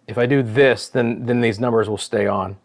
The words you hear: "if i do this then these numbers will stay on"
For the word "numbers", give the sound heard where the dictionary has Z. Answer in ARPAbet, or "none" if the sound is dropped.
Z